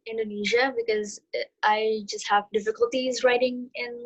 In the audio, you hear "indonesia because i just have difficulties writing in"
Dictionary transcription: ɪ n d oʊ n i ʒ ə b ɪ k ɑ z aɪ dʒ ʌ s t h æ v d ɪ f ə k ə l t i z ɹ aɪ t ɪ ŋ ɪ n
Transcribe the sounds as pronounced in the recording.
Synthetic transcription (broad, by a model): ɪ n d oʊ n i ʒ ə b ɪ k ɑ z aɪ dʒ ʌ s t h æ v d ɪ f ə k ə l t i z ɹ aɪ t ɪ ŋ ɪ n